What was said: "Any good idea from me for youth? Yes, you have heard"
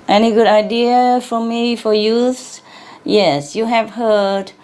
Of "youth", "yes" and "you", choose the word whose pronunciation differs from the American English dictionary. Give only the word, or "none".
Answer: youth